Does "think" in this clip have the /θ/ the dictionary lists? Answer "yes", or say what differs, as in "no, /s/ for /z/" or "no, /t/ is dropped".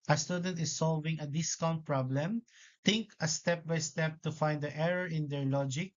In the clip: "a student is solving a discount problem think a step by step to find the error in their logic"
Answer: no, /t/ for /θ/